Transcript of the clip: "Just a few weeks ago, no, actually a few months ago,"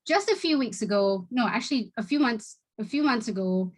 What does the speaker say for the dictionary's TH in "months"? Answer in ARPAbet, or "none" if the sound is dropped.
TH